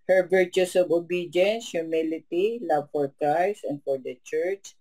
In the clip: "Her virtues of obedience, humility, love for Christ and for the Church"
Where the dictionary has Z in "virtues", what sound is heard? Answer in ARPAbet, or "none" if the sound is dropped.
S